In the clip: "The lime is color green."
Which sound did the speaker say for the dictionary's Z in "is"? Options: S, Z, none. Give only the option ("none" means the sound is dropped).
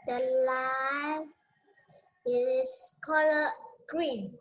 S